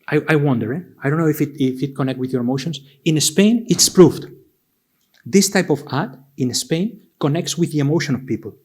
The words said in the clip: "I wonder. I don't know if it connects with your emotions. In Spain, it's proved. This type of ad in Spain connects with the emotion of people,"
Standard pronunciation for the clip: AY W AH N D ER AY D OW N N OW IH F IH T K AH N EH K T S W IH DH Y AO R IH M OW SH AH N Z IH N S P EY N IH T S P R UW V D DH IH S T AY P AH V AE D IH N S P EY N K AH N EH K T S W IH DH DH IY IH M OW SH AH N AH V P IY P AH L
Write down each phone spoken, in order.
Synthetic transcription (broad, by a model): AY W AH N D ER AY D OW N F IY IH F IH T K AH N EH K T W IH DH Y AO R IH M OW SH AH N S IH N S P EY N IH T S P R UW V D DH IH S T AY P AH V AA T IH N S P EY N K AH N EH K T S W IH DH DH IY IH M OW SH AH N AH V P IY P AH L